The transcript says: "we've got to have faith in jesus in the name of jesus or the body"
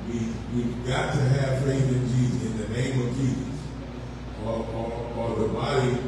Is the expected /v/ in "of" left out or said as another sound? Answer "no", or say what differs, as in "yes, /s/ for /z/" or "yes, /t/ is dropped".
no